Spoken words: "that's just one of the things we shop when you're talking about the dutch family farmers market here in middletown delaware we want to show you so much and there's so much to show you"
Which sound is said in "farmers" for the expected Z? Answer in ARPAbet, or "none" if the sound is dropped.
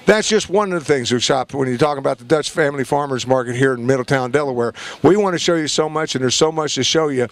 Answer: Z